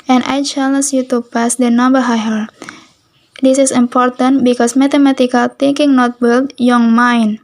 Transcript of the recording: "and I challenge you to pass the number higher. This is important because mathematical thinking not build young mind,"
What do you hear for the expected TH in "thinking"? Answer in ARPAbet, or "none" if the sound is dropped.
T